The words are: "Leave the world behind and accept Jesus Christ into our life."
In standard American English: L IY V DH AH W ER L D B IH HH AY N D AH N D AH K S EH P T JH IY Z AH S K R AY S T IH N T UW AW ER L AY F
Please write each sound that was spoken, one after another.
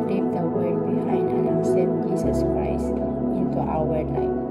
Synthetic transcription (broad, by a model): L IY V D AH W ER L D B IH HH AY N D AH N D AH S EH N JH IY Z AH S K R AY S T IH N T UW AW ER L AY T